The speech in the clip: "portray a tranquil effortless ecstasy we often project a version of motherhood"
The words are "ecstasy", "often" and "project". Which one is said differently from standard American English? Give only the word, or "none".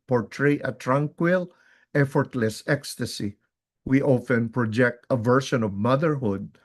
none